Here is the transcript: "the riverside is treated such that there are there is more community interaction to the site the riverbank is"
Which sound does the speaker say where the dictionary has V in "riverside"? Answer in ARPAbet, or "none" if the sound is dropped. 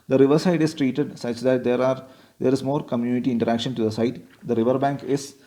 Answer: V